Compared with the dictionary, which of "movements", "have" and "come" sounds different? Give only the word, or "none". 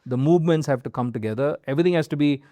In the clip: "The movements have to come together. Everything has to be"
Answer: none